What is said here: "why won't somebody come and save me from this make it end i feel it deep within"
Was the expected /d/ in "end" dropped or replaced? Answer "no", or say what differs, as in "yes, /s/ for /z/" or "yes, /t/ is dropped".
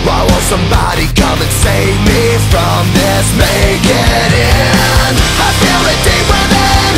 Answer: yes, /d/ is dropped